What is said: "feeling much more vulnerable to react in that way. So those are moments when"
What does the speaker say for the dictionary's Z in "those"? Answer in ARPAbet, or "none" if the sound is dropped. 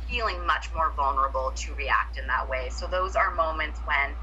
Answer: Z